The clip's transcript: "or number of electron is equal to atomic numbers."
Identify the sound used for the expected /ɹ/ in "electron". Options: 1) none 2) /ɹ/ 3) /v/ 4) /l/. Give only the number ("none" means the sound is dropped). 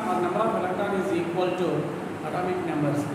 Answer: 1